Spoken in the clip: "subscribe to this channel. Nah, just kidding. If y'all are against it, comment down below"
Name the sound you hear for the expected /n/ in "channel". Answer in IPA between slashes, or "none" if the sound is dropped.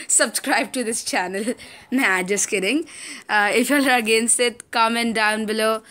/n/